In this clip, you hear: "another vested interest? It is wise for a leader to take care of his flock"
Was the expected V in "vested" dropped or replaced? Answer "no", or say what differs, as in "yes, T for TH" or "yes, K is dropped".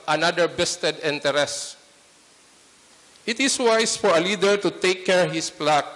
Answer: yes, B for V